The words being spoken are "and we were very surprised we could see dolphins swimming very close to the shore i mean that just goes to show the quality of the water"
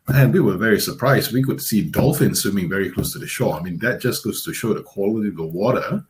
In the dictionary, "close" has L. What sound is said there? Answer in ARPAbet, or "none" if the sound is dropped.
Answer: L